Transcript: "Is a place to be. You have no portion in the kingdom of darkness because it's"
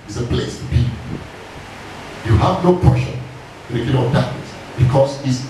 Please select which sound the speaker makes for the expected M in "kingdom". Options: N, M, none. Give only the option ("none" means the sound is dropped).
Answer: none